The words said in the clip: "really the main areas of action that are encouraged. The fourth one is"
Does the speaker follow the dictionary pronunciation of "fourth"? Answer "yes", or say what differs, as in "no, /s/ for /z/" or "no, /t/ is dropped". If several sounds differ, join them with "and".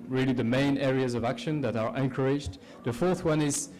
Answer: yes